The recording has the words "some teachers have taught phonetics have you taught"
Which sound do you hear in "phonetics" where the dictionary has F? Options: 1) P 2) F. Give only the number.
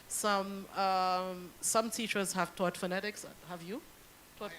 2